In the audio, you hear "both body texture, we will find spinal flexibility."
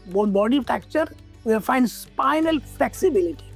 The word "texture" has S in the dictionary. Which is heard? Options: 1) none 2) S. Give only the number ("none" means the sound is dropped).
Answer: 1